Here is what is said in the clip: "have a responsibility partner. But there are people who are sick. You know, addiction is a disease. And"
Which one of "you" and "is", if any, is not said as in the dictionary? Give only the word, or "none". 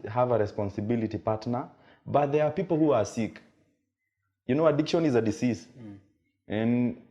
none